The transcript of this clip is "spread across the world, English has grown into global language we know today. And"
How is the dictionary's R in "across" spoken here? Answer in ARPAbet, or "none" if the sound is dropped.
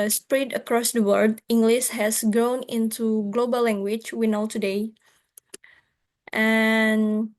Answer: R